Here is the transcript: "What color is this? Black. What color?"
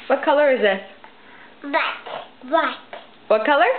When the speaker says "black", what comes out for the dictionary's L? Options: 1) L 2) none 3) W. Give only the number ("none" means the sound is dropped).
3